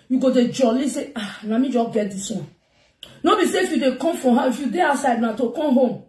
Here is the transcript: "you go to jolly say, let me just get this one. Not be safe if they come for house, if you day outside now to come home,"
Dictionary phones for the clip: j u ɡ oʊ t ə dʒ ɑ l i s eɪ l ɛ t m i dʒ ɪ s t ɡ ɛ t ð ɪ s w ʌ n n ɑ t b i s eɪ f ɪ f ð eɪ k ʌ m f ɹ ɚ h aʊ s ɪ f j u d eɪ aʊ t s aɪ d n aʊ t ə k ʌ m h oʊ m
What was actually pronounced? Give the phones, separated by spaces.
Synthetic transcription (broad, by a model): j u ɡ oʊ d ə dʒ ɑ l i s eɪ n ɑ m i dʒ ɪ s ɡ ɛ t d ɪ s w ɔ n n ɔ b i s eɪ f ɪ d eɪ k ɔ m f ɹ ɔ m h ɪ f j u d eɪ aʊ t s aɪ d n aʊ t ə k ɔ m h oʊ m